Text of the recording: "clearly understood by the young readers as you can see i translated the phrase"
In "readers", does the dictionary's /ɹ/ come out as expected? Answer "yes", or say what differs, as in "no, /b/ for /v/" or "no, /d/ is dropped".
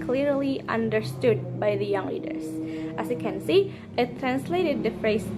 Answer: no, /l/ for /ɹ/